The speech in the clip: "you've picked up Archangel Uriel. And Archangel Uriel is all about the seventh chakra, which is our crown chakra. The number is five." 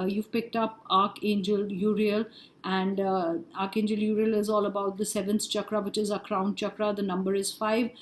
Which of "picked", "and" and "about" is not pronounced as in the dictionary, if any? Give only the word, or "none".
none